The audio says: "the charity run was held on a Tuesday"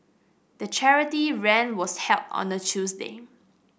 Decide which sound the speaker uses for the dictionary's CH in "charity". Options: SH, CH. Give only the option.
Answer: CH